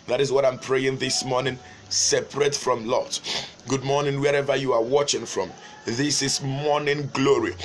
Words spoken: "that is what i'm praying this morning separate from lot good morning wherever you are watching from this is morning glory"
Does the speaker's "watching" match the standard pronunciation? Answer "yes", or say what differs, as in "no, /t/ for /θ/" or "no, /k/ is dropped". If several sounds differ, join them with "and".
yes